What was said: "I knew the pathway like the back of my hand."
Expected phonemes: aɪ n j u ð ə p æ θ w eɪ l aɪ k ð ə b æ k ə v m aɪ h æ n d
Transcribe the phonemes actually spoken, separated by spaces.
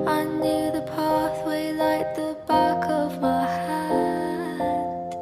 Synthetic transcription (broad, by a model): aɪ n j u ð ə p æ θ w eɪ l aɪ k ð ə b æ k ə v m aɪ h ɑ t